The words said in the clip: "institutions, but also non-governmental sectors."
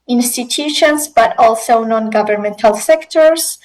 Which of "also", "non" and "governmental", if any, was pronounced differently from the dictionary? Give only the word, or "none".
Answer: none